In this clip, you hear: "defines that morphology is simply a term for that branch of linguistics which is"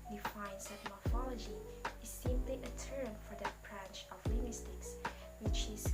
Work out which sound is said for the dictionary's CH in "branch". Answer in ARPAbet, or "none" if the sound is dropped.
CH